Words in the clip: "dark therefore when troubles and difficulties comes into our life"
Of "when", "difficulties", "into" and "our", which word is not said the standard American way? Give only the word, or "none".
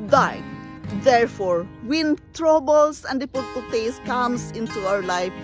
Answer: difficulties